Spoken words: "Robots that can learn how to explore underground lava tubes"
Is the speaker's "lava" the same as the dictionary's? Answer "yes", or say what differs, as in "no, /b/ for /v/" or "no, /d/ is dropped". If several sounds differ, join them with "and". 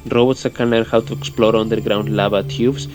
no, /b/ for /v/